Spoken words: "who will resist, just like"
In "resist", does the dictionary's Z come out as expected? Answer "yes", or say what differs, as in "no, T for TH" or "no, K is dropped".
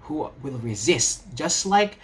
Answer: yes